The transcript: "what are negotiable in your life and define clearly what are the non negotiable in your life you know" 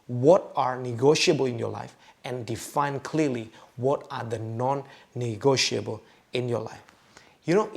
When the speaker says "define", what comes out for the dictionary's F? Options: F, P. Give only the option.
F